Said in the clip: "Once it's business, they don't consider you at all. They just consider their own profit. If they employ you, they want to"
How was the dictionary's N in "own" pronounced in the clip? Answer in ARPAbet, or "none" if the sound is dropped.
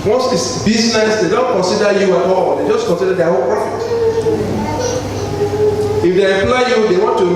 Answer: L